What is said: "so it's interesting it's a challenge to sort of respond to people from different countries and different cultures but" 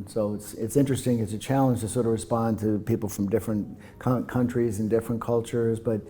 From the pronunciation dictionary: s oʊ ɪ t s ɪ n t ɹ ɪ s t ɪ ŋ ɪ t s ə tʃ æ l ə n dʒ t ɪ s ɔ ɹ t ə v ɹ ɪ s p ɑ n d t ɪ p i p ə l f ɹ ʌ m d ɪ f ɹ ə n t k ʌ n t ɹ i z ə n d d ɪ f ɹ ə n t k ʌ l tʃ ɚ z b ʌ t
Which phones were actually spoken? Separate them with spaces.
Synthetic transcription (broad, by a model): s oʊ ɪ t s ɪ n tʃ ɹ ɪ s t ɪ ŋ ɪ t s ə tʃ æ l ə n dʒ t ɪ s ɔ ɹ t ə v ɹ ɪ s p ɑ n t ɪ p i p l f ɹ ʌ m d ɪ f ɹ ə n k k ʌ n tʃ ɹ i z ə n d d ɪ f ɹ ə n k ʌ l tʃ ɚ z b ʌ t